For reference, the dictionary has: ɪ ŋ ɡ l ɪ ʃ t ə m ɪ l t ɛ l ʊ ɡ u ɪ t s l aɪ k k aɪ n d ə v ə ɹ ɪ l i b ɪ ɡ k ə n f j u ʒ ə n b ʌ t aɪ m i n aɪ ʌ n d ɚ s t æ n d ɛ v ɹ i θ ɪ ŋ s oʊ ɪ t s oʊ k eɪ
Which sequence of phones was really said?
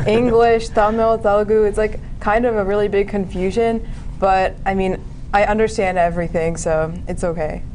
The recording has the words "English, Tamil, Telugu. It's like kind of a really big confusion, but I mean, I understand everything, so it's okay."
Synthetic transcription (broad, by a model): ɪ ŋ ɡ l ɪ ʃ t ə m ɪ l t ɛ l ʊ ɡ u ɪ t s l aɪ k k aɪ n d ə v ə ɹ ɪ l i b ɪ ɡ k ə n f j u ʒ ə n b ʌ t aɪ m i n aɪ ʌ n d ɚ s t æ n d ɛ v ɹ i θ ɪ ŋ s oʊ ɪ t s oʊ k eɪ